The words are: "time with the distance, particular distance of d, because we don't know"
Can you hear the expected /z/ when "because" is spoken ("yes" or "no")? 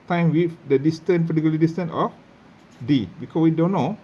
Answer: no